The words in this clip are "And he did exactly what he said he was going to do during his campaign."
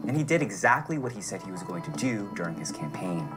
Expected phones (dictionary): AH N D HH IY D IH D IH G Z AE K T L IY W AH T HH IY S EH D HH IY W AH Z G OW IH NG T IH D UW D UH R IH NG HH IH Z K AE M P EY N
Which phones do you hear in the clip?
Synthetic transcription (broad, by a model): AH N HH IY D IH D IH G Z AE K T L IY W AH T HH IY S EH D HH IY W AH Z G OW IH NG T IH D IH D UH R IH NG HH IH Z K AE M P EY N